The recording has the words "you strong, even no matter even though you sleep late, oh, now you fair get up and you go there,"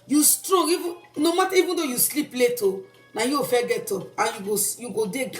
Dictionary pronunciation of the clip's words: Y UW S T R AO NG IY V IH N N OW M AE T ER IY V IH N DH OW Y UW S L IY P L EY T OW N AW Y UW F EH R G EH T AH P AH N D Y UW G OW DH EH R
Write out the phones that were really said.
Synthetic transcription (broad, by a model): Y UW S T R AO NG IY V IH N N OW M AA T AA IY V IH N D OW Y UW S L IY P L EY T OW N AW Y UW F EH G EH T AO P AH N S Y UW G OW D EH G